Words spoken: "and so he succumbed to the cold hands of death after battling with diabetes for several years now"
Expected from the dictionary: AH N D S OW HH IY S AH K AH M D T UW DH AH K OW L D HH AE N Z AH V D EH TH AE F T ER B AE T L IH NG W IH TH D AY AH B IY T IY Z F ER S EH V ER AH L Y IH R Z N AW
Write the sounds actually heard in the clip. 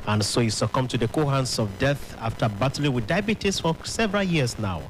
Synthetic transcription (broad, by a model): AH N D S OW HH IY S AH K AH M T UW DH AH K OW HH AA N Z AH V D EH TH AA F T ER B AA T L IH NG W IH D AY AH B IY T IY S F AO S EH V ER AH L Y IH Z N AW